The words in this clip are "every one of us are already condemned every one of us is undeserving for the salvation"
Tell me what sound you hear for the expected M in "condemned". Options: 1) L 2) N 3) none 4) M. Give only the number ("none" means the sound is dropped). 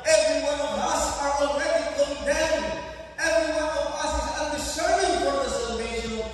3